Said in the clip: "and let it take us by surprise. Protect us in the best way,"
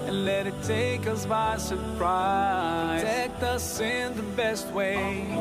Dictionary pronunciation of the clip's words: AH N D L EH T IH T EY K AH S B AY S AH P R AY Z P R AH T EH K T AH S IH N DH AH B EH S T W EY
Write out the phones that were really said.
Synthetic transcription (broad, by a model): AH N L EH T IH T EY K AH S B AY S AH R P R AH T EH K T AH S IH N DH AH B EH S T W EY